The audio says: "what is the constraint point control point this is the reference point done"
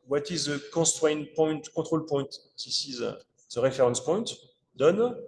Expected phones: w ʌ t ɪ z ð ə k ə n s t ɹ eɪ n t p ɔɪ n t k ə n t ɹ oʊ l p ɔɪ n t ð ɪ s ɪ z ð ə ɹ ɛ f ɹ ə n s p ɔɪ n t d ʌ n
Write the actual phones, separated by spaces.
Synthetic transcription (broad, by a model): w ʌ t ɪ z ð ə k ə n s t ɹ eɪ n p ɔɪ n t k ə t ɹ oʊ l p ɔɪ n t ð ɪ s ɪ z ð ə ɹ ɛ f ɹ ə n s p ɔɪ n t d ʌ n